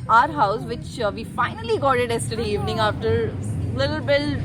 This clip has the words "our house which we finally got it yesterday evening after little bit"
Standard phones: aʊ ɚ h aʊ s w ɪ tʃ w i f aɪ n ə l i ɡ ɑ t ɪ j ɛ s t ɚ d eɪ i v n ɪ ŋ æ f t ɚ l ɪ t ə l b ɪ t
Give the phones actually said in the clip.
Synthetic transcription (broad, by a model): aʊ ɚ h aʊ s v ɪ tʃ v i f aɪ n ə l i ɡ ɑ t ɪ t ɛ s t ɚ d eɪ i v n ɪ ŋ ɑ f t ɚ l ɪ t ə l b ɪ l